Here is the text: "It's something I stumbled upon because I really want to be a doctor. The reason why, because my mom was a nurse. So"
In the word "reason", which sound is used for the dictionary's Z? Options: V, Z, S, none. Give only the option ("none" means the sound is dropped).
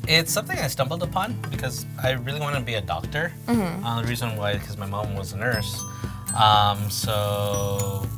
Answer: Z